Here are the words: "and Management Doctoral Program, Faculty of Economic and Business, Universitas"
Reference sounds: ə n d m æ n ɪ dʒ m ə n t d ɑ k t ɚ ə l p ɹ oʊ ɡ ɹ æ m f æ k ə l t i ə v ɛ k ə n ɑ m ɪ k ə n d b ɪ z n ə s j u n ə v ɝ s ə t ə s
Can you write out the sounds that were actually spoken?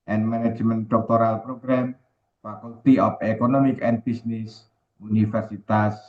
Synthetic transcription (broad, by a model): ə n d m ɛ n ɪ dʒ m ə n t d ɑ k t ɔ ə l p ɹ oʊ ɡ ɹ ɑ m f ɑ k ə l t i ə p ɛ k ə n ɑ m ɪ k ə n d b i s n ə s u n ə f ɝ s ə t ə s